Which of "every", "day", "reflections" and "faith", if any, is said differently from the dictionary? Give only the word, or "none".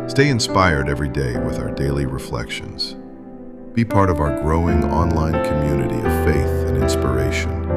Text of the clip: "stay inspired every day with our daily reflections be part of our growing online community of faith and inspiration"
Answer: none